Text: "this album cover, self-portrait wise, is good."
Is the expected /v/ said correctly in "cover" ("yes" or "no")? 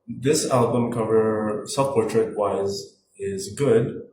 yes